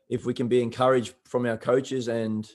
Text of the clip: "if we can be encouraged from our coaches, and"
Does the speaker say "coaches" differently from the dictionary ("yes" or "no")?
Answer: no